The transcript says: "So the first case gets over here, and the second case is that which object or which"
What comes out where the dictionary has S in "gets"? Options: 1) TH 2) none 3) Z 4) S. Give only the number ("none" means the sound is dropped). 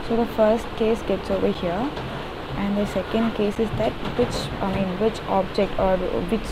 4